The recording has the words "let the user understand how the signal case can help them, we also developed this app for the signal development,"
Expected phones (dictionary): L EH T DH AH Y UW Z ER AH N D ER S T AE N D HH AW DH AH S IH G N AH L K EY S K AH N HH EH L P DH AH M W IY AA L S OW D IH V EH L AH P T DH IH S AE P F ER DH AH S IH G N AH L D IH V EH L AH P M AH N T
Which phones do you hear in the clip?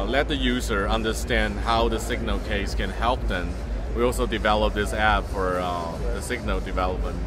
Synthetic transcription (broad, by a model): L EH T DH AH Y UW Z ER AH N D ER S T AE N D HH AW DH AH S IH G N AH L K EY S K AH N HH EH L P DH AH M W IY AA L S OW D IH V EH L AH P DH IH S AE B F ER DH AH S IH G N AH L D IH V EH L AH P M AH N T